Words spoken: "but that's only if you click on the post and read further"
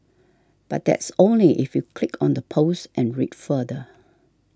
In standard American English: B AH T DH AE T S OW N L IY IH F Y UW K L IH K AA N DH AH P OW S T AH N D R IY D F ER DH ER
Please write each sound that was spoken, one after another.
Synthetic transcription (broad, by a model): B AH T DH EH T S OW N L IY IH F Y UW K L IH K AA N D AH P OW S T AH N R IY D F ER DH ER